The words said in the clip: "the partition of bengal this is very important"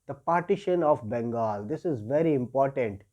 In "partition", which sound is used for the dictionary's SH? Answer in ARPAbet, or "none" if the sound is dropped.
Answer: SH